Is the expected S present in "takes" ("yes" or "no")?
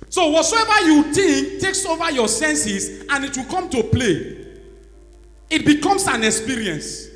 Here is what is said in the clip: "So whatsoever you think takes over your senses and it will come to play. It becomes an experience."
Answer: yes